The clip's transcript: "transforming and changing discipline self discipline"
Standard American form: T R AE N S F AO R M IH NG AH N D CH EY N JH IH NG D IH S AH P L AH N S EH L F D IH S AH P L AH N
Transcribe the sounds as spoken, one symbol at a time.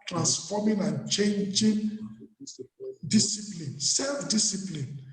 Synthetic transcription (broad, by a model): T R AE N S F AO M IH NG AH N CH EY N JH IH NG D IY S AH P L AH N S EH L F D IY S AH P L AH N